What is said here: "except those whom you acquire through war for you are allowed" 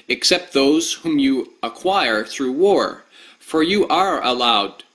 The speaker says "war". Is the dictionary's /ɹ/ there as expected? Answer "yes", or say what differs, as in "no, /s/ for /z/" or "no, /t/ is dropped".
yes